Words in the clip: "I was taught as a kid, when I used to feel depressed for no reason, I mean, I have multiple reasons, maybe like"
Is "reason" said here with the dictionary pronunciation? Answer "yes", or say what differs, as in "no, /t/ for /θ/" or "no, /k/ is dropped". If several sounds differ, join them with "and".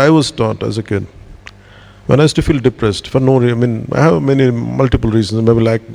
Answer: no, /n/ is dropped